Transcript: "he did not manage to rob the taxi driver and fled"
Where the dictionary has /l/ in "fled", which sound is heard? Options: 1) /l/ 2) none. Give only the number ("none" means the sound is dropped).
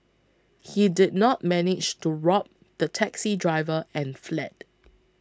1